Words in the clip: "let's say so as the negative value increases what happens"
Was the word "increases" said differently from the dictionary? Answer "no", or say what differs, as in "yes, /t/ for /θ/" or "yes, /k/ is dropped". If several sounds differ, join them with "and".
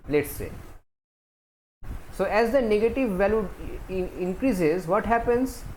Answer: no